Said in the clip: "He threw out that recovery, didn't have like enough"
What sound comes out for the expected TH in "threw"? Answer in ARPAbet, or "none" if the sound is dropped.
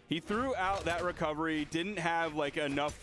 TH